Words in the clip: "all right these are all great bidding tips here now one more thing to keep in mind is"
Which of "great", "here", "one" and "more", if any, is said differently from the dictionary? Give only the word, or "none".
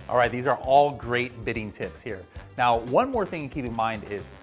none